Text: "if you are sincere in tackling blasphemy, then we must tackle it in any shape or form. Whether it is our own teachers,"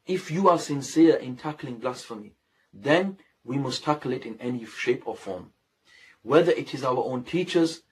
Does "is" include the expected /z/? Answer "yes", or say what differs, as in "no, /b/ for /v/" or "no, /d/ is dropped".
yes